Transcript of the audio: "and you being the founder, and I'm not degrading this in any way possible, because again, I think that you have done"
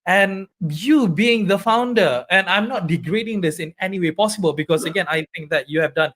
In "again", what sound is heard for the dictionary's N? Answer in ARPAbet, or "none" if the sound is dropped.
N